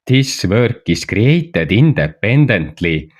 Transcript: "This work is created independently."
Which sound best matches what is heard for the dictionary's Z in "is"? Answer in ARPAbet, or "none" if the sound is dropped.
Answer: S